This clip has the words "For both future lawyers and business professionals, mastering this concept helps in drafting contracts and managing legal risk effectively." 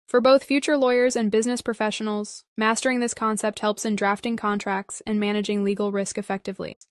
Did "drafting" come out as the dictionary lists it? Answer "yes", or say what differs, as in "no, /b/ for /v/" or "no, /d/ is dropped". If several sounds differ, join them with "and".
yes